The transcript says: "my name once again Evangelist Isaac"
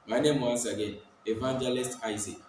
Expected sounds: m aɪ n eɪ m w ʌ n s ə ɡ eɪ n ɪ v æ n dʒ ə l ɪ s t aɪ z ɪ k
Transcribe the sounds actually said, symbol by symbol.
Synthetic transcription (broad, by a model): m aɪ n eɪ m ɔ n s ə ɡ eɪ ɪ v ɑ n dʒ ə l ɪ s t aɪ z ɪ